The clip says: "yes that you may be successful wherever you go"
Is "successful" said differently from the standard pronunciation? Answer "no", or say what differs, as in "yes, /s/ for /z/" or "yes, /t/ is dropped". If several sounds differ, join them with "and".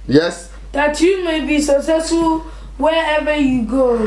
yes, /f/ is dropped